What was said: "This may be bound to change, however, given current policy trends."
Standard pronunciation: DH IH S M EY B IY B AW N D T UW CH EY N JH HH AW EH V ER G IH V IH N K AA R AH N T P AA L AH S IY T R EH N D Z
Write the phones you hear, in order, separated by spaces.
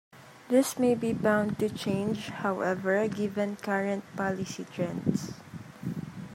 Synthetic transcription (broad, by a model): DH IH S M EY B IY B AW N D T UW CH EY N JH HH AW EH V ER G IH V IH N K AA R AH N T P AA L AH S IY T R EH N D S